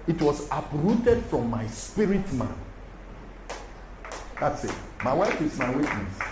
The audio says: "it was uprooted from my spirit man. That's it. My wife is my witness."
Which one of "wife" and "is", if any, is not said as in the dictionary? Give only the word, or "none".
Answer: is